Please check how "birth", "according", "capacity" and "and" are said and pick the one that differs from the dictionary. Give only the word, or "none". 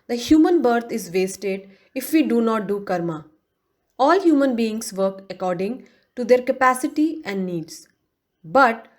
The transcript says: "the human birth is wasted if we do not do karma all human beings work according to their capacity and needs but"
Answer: birth